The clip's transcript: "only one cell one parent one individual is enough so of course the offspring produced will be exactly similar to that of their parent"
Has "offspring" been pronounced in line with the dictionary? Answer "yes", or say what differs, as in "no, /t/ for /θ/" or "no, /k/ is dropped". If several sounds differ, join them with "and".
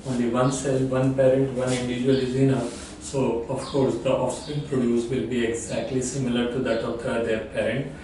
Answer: no, /ɹ/ is dropped